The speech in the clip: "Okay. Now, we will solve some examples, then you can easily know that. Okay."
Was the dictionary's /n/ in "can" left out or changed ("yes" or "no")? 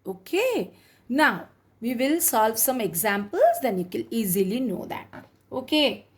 yes